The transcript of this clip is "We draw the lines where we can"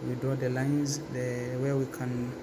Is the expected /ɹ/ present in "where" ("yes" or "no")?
no